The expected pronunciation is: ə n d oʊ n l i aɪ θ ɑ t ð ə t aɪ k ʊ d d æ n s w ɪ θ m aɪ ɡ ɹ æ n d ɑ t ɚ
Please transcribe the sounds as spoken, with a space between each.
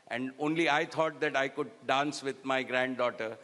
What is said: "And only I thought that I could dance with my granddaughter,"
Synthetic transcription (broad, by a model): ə n d oʊ n l i aɪ t ɑ t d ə t aɪ k ʊ d d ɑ n s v ɪ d m aɪ ɡ ɹ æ n d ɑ t ɚ